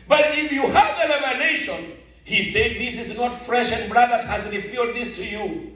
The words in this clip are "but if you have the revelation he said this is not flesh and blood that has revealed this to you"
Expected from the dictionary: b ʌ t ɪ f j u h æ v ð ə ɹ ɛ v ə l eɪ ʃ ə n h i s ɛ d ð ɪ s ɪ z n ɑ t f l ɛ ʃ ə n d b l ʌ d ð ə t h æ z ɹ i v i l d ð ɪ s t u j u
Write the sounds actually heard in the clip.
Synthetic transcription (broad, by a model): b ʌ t ɪ f j u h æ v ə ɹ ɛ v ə n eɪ ʃ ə n h i s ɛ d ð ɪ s ɪ z n ɑ t f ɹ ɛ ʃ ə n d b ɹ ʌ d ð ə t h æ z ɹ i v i d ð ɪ s t u j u